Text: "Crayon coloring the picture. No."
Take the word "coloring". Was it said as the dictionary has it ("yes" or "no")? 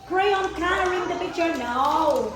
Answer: no